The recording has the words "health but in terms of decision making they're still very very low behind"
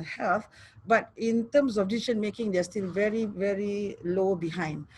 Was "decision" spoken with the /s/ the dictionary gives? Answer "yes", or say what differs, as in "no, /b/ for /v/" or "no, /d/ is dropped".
no, /s/ is dropped